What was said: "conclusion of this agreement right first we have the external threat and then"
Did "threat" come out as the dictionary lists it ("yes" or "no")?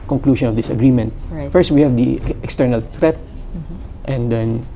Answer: no